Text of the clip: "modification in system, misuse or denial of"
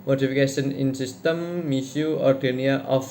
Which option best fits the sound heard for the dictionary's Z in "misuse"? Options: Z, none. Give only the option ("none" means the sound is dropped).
none